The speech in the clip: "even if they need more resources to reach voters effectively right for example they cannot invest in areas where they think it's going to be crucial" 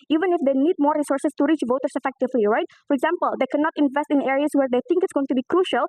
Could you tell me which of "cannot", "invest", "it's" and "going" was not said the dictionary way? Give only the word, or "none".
none